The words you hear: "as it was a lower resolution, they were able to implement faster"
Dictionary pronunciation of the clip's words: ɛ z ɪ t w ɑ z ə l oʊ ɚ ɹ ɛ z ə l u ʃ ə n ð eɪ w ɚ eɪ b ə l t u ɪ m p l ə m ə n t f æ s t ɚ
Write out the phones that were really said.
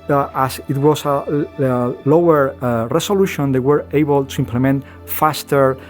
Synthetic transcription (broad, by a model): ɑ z ɪ t w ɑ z ə l oʊ ɚ ɹ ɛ s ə l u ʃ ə n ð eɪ w ɚ eɪ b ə l t u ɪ m p l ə m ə n t f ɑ s t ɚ